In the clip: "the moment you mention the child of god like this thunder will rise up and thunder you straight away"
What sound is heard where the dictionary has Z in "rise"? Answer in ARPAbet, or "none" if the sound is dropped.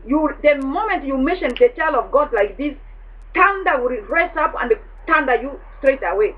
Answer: S